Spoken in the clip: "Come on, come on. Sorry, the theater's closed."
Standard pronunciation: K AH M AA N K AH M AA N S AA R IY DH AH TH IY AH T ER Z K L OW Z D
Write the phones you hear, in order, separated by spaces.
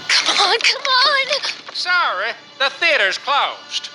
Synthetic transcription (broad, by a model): K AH M AA N K AH M AA N S AA R IY DH AH TH IY AH T ER Z K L OW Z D